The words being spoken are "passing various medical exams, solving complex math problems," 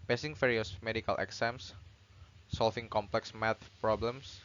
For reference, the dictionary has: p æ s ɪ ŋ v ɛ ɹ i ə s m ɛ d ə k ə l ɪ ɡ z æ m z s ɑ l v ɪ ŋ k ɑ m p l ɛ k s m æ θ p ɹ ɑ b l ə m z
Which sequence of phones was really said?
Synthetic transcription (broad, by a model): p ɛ s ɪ ŋ f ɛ ɹ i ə s m ɛ d ə k ə l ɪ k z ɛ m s s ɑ l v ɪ ŋ k ɑ m p l ɛ k s m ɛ t p ɹ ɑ b l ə m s